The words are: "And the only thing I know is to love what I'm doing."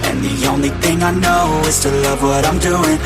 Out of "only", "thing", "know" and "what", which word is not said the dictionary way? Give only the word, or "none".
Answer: none